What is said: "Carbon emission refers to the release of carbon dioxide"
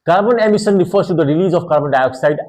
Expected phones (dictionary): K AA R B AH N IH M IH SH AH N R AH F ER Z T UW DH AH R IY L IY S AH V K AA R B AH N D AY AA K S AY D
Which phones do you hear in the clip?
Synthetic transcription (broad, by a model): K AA R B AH N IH M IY S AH N R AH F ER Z T UW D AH R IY L IY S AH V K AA R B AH N D AY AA K S AY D